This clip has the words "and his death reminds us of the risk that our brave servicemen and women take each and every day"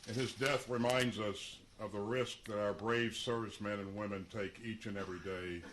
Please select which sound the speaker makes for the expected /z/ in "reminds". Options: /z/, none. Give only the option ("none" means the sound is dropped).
/z/